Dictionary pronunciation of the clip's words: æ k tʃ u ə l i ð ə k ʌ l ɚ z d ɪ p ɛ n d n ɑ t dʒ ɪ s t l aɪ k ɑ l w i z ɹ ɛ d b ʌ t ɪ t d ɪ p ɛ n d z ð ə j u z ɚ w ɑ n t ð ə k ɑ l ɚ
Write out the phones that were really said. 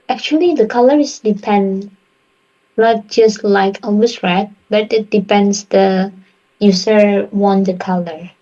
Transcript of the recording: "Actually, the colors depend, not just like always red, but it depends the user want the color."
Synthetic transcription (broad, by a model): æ k tʃ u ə l i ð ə k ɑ l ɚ s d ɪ p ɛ n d n ɑ t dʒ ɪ s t l aɪ k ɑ w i s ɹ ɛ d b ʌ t ɪ t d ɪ p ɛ n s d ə j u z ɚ w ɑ n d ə k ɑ l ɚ